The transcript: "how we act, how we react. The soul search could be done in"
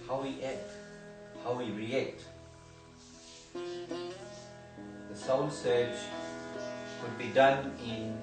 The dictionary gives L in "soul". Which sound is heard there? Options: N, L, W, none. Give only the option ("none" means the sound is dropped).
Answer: N